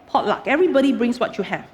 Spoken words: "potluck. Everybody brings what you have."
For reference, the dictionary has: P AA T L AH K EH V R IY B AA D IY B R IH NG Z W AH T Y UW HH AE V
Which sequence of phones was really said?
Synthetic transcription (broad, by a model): P AA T L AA K EH V R IY B AA D IY B R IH NG S W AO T Y UW HH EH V